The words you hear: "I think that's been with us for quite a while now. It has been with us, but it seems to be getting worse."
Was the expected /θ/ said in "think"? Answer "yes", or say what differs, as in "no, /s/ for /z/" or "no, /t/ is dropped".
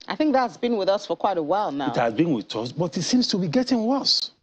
yes